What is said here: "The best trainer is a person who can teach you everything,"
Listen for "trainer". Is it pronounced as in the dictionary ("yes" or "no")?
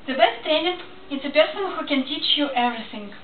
no